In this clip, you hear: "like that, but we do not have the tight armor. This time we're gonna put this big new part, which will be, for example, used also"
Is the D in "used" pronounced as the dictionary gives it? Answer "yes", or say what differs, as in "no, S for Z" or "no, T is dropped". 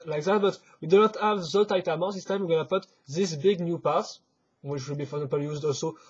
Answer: yes